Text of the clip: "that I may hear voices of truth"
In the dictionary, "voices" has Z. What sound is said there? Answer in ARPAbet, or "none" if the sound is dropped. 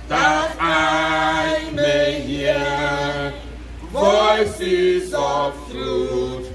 Z